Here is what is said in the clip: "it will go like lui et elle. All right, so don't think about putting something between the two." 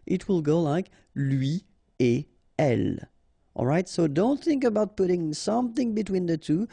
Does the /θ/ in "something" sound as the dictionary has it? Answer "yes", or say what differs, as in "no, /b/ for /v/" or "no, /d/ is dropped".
yes